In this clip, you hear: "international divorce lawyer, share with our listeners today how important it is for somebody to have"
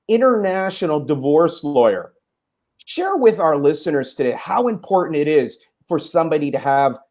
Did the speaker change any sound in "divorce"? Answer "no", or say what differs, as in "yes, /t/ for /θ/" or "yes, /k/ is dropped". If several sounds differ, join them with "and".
no